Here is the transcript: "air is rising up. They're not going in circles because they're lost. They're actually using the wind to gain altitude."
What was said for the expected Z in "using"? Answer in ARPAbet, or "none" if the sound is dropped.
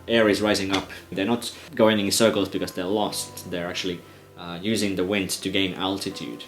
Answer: Z